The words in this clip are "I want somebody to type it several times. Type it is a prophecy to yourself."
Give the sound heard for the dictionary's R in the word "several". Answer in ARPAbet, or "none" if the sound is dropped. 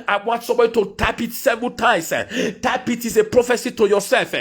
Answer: none